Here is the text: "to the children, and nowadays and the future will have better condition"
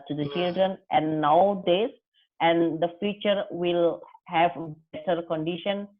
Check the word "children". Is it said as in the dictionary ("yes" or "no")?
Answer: yes